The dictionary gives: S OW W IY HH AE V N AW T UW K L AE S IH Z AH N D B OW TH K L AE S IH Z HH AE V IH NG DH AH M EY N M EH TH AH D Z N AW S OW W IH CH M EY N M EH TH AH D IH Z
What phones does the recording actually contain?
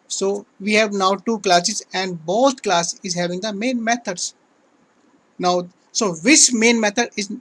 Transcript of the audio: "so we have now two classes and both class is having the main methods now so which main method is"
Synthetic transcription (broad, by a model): S OW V IY HH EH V N AW T UW K L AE S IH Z AH N D B OW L K L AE S IH Z HH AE V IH NG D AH M EY N M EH T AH D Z N AW S OW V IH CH M EY N M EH T AH D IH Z